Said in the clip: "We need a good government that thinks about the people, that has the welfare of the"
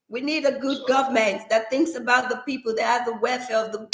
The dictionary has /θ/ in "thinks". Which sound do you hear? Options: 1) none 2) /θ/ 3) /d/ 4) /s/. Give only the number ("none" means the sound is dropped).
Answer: 2